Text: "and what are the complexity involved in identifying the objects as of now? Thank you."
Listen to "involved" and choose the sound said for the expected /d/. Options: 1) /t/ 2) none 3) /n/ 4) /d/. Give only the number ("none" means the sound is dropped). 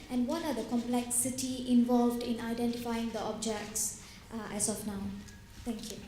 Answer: 4